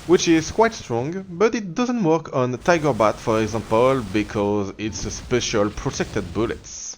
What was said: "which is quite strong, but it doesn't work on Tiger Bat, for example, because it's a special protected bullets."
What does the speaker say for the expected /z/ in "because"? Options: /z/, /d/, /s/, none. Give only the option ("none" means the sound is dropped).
/z/